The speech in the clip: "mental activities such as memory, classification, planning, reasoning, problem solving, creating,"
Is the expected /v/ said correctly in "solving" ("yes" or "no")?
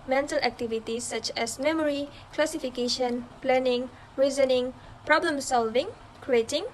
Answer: yes